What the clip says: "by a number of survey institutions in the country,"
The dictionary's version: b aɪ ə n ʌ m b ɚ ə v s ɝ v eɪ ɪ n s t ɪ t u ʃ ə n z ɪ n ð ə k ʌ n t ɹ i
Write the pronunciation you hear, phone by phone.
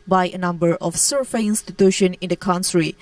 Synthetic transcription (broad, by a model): b aɪ ə n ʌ m b ɚ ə f s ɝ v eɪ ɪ n s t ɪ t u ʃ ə n ɪ n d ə k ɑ n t ɹ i